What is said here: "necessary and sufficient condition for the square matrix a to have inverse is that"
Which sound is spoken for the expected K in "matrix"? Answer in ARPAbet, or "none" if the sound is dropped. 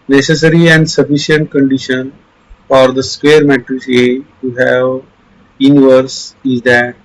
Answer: none